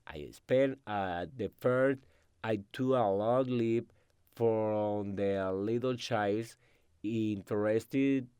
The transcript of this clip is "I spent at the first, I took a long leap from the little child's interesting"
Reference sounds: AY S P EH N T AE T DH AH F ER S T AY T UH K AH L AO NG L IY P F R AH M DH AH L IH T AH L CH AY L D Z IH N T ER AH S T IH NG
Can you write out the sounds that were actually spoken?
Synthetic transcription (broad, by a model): AY S P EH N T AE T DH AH F ER S T AY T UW AH L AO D L IY P F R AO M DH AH L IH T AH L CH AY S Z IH N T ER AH S T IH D